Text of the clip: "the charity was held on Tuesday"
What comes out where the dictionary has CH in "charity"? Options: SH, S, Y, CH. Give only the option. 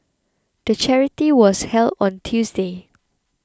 CH